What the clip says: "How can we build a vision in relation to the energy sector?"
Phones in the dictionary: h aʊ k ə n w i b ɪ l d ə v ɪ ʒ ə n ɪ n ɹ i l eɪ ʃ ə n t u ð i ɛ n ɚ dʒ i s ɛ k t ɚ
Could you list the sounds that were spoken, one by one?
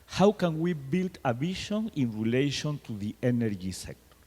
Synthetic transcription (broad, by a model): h aʊ k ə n w i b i l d ə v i ʃ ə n ɪ n ɹ i l eɪ ʃ ə n t u ð i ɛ n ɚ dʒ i s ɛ k t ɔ